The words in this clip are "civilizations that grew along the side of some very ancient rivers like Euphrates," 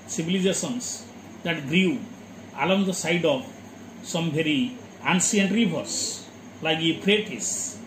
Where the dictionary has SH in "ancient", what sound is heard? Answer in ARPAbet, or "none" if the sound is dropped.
S